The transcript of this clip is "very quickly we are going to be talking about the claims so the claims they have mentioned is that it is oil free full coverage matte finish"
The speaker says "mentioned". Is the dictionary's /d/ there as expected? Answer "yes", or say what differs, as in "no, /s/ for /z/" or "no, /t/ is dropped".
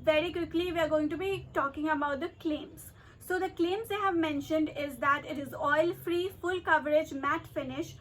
yes